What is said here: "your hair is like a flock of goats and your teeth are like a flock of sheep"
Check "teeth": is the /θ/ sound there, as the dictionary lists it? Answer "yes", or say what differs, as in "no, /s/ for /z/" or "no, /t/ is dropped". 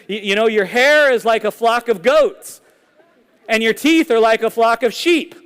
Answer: yes